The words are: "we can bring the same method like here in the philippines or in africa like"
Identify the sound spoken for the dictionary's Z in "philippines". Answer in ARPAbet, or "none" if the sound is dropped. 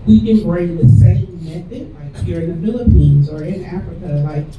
Z